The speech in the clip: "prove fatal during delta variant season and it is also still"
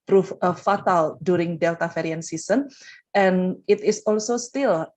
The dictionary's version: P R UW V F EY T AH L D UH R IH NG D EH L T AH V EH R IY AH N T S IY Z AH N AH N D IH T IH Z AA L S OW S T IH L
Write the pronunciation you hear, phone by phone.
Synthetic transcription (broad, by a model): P R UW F F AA T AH L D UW R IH NG D EH L T AH F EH R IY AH N S IY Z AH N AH N IH T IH S AA L S OW S T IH L